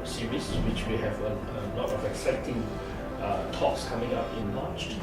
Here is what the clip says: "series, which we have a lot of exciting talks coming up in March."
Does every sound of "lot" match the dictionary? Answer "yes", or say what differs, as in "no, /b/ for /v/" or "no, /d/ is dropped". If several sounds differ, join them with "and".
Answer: no, /n/ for /l/